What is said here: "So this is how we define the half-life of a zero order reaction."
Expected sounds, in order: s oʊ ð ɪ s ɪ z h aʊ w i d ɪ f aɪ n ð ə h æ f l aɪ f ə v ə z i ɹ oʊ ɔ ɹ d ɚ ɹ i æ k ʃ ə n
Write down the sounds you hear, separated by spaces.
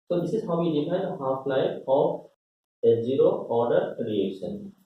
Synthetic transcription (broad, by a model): s oʊ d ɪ s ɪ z h aʊ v i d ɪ p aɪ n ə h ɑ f l aɪ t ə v ə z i ɹ oʊ ɔ ɹ d ɚ ɹ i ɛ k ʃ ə n